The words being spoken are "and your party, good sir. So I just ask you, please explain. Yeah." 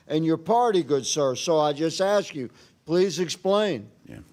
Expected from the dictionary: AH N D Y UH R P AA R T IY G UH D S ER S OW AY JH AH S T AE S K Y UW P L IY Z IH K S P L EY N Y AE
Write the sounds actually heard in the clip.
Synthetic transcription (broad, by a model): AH N Y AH R P AA R T IY G UH D S ER S OW AY JH AH S T AE S K Y UW P L IY Z IH K S P L EY N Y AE